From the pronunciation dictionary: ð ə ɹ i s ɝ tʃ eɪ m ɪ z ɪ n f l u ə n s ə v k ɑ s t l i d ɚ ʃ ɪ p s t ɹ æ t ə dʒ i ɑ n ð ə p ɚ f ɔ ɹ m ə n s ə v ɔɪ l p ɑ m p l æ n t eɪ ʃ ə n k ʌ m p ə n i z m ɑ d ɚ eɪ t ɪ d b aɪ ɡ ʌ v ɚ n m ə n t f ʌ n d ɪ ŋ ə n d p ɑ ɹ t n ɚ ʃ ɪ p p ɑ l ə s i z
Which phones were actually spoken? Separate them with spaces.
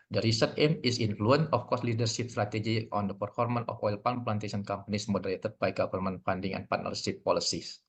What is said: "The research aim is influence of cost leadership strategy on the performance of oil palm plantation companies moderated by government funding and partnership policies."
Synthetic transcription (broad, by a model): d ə ɹ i s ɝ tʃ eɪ m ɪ s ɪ n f l u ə n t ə f k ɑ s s l i d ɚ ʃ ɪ p s t ɹ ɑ t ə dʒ i ɑ n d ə p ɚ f ɔ ɹ m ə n ə f ɔɪ l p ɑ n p l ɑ n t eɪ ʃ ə n k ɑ m p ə n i s m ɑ d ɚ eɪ t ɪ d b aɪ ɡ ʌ f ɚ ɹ m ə n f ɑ n d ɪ ŋ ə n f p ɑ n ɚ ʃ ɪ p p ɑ l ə s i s